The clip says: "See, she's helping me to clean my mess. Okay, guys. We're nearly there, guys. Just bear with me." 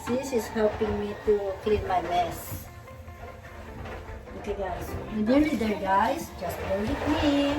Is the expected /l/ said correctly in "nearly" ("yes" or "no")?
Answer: no